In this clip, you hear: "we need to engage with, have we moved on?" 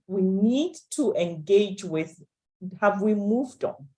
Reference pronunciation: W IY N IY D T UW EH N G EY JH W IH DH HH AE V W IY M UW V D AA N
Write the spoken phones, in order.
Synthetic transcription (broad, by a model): W IY N IY D T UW EH N G EY JH W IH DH HH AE V W IY M UW V D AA N